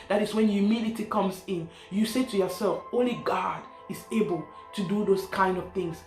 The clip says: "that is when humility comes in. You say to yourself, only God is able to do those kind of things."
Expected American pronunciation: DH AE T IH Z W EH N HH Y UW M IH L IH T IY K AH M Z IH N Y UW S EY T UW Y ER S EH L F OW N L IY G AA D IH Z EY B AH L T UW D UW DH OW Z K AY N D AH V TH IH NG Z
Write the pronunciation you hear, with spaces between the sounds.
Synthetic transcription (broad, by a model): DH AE T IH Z W EH N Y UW M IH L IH T IY K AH M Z IH N Y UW S EY T UW Y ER S EH L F OW N L IY G AA D IH Z EY B AH L T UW D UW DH OW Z K AY N D AH V TH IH NG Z